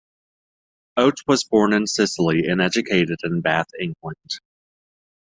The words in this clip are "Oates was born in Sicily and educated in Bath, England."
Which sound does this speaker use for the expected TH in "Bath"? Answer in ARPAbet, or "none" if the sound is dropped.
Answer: TH